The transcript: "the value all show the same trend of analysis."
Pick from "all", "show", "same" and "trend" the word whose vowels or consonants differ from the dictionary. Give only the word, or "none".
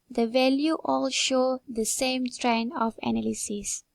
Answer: trend